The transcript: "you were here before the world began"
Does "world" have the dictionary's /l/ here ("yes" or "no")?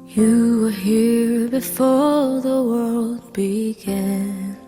yes